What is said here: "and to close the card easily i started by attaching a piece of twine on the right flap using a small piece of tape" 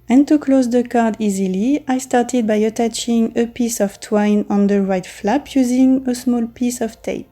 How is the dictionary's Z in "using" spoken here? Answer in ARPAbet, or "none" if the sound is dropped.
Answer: Z